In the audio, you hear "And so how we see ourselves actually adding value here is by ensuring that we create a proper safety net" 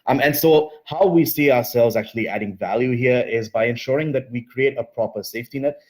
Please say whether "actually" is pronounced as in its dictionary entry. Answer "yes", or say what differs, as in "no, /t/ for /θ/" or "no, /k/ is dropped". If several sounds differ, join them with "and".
yes